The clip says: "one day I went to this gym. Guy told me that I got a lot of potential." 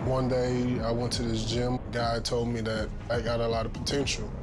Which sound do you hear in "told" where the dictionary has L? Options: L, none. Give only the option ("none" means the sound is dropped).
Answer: L